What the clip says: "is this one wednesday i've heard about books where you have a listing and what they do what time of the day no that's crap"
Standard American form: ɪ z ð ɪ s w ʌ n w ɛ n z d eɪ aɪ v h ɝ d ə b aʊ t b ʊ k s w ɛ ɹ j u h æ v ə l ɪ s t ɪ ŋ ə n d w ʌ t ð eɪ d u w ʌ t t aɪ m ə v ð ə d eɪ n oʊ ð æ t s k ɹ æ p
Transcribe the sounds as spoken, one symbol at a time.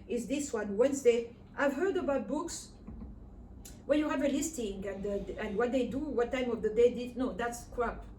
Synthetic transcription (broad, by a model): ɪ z ð ɪ s w ʌ n w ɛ n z d eɪ aɪ v h ɝ d ə b aʊ t b ʊ k s w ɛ l j u h æ v ə l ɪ s t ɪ ŋ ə n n w ʌ t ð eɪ d u w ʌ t t aɪ m ə v ð ə d eɪ n oʊ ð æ t s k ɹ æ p